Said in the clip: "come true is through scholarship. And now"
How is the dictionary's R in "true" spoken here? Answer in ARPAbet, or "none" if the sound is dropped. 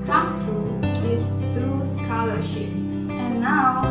none